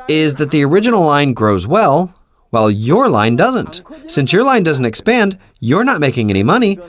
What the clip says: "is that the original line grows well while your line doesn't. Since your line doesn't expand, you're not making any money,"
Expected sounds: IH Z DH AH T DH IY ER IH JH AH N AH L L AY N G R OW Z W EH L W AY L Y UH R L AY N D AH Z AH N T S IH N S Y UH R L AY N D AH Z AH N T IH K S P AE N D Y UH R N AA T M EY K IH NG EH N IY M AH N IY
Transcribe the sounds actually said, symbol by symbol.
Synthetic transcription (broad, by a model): IH Z DH AH T DH IY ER IH JH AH N L L AY N G R OW Z W EH L W AY L Y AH R L AY N D AH Z AH N T S IH N S Y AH R L AY N D AH Z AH N T IH K S P AE N D Y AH R N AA T M EY K IH NG EH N IY M AH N IY